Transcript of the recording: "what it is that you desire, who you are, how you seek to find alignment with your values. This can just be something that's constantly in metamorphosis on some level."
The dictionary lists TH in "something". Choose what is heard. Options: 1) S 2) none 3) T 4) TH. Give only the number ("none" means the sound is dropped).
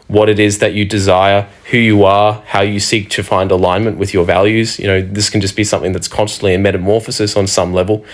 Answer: 4